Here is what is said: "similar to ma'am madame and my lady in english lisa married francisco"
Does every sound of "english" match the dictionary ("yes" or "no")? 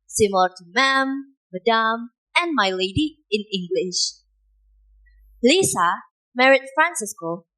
yes